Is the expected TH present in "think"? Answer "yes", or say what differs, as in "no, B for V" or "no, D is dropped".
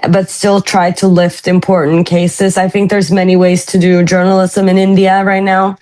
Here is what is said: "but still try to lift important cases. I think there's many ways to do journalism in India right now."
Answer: yes